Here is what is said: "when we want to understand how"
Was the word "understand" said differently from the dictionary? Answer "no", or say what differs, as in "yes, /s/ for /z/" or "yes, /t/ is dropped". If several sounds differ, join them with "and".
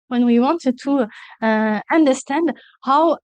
no